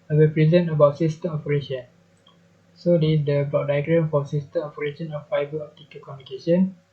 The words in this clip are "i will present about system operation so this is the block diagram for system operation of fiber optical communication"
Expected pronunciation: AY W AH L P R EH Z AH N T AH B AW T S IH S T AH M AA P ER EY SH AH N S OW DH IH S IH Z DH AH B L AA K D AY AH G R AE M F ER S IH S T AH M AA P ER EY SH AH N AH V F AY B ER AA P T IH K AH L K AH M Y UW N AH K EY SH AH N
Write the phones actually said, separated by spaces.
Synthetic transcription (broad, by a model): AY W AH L P R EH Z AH N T AH B AW T S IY S T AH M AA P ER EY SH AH N S OW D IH IH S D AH B L AA K D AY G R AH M F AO S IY S T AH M AA P ER EY SH AH N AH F AY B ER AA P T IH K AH K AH M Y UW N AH K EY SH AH N